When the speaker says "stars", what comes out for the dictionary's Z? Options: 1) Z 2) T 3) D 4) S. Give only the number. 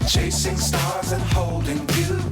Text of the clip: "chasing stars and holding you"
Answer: 1